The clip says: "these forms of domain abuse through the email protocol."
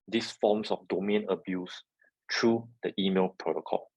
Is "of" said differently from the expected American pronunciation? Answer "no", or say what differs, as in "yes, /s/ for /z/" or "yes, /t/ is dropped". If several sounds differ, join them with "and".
yes, /f/ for /v/